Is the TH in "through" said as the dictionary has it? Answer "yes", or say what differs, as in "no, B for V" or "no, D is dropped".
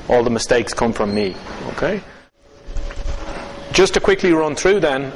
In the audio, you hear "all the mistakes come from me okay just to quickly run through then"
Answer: yes